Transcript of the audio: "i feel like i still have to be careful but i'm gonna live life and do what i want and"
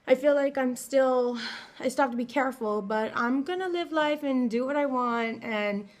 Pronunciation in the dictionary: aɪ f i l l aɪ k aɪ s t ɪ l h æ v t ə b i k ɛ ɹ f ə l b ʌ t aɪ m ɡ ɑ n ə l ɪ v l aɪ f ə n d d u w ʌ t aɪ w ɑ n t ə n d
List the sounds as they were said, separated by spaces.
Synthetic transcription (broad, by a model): aɪ f i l l aɪ k aɪ s t ɪ l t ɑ p t ə b i k ɛ ɹ f l b ʌ t aɪ m ɡ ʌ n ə l ɪ v l aɪ f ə n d d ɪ w ʌ t aɪ w ɑ n t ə n